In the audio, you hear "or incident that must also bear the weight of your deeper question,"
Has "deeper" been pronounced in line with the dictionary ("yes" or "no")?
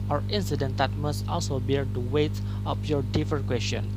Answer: no